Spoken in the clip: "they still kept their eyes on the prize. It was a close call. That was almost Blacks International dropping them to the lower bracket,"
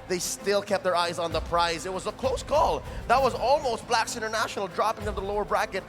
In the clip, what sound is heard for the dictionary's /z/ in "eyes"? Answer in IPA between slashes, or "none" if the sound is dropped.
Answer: /z/